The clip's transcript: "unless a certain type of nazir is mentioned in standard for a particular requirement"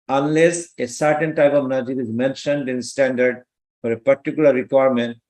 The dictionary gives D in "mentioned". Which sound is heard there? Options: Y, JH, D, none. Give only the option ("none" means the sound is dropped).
D